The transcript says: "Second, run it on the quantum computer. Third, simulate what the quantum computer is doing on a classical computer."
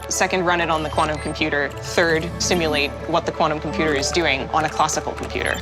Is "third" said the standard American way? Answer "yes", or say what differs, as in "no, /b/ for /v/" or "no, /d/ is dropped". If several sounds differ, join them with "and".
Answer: yes